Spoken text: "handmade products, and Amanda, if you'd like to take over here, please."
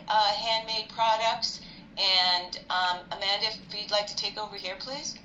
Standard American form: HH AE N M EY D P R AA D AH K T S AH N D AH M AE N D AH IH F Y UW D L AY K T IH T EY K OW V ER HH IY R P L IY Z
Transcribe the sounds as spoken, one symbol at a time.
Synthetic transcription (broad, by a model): HH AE N M EY D P R AA D AH K T S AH N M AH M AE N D IH F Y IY D L AY K T IH T EY K OW V ER HH IY R P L IY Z